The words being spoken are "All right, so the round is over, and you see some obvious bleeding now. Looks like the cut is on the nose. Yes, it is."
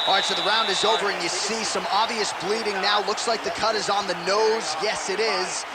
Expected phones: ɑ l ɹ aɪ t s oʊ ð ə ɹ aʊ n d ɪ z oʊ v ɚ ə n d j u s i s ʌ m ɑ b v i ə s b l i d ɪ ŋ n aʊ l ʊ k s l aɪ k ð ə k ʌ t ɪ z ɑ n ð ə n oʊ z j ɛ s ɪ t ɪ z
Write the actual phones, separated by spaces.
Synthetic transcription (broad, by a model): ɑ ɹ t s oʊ ð ə ɹ aʊ n d ɪ z oʊ v ɚ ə n j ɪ s i s ʌ m ɑ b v i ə s b l i d ɪ ŋ n aʊ l ʊ k s l aɪ k ð ə k ʌ t ɪ z n ð ə n oʊ z j ɛ s ɪ t ɪ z